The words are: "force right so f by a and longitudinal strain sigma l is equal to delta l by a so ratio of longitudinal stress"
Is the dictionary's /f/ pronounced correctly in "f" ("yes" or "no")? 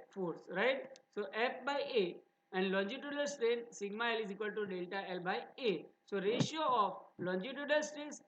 no